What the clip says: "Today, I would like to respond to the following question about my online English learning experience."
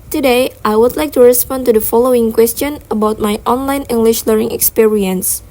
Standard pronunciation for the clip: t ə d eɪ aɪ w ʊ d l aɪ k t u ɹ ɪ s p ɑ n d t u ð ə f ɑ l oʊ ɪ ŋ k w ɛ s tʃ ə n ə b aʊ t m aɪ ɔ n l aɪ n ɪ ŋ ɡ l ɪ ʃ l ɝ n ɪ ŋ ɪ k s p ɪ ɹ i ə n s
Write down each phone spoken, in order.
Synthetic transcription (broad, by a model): t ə d eɪ aɪ w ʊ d l aɪ k t u ɹ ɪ s p ɑ n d t u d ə f ɑ l oʊ ɪ ŋ k w ɛ s tʃ ə n ə b aʊ t m aɪ ɔ n l aɪ n ɪ ŋ ɡ l ɪ ʃ l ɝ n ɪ ŋ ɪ k s p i ɹ i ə n s